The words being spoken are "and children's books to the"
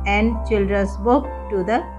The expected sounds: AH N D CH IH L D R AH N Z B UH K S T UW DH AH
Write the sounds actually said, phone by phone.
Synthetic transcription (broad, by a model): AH N D CH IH L D R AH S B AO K T UW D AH